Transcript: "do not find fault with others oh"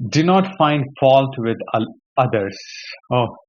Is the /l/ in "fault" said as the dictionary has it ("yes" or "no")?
yes